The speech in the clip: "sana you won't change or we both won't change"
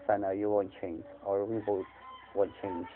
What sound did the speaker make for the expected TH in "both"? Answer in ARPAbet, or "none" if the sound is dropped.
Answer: T